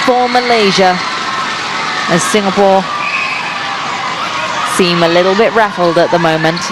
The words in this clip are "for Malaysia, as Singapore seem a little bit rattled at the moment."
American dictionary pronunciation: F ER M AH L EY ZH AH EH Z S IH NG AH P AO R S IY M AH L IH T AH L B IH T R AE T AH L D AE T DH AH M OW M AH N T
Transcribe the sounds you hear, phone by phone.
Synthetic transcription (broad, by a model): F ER M AH L EY ZH AH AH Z S IH NG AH P AO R S IY M AH L IH T L B IH T R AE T L D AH T DH AH M OW M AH N T